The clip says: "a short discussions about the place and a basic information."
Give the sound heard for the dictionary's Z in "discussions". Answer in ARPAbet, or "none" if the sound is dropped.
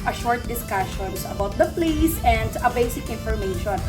S